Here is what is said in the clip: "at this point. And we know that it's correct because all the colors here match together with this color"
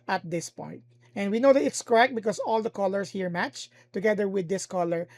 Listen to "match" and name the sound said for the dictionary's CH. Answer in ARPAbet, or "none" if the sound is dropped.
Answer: CH